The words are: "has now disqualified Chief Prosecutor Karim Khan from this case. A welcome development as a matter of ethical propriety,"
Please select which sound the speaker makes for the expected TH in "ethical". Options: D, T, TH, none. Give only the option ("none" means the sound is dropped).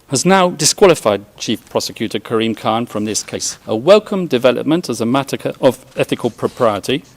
TH